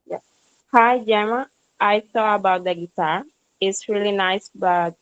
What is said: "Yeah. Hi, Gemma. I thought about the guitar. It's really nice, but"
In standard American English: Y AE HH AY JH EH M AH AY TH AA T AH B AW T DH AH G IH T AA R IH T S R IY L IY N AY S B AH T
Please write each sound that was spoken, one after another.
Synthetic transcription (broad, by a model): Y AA HH AY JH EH M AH AY S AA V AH B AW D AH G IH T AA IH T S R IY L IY N AY S B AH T